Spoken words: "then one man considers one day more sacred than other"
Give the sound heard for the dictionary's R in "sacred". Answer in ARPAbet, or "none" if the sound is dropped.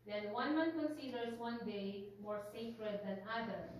R